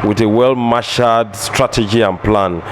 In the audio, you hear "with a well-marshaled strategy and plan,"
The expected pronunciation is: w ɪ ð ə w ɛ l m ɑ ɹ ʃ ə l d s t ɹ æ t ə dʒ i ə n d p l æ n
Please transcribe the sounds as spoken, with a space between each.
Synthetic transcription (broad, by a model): w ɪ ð ə w ɛ l m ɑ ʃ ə d s t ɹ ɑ t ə dʒ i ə n p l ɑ n